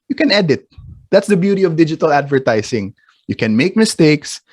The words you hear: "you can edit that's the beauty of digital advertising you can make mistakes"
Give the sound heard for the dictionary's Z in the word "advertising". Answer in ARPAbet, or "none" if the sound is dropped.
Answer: S